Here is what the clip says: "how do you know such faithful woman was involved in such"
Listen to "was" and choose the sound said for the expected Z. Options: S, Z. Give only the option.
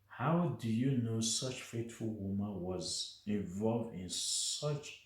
Z